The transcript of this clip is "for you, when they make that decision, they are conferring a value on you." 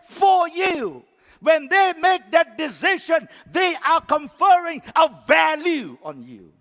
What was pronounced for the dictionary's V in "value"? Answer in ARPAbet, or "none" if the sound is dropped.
V